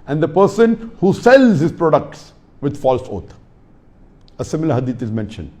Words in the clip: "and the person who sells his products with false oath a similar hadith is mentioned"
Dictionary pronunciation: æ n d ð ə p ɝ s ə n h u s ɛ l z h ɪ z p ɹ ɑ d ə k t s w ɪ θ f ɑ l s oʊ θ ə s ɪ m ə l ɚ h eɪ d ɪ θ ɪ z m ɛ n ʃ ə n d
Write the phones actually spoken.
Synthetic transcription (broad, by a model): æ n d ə p ɝ s ə n h u s ɛ l z h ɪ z p ɹ ɑ d ə k t s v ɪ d f ɑ l s oʊ t ə s ɪ m ə l ɚ h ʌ d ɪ t ɪ z m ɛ n ʃ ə n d